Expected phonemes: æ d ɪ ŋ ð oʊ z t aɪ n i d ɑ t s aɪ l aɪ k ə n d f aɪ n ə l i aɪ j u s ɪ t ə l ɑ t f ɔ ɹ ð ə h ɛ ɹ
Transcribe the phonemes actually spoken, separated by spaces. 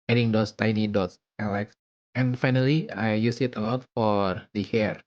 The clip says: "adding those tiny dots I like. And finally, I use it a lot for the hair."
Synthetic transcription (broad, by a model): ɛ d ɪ ŋ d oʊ s t aɪ n i d ɑ t s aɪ l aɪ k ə n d f aɪ n ə l i aɪ j u s ɪ t ə l ɑ t f ɔ ɹ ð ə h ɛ ɹ